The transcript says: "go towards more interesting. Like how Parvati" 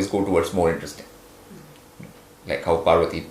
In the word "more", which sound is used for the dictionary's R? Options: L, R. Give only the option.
L